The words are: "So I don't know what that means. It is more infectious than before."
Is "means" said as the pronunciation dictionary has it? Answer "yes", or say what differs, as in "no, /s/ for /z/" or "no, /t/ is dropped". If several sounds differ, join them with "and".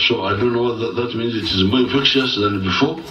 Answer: yes